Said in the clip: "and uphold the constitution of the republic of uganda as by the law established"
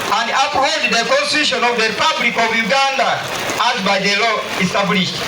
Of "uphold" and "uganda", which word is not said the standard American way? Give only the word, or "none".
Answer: uphold